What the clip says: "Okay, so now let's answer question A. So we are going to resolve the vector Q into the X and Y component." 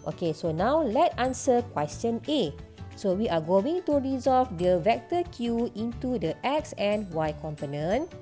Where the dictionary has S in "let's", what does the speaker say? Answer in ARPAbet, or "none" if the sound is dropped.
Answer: none